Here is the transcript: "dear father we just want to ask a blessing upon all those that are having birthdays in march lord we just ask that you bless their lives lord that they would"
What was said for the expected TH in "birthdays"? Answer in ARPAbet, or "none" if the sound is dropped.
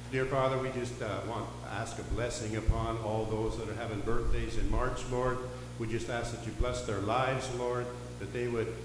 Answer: TH